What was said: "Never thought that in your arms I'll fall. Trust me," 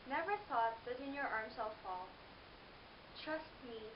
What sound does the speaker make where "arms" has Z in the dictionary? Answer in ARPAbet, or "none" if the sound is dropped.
S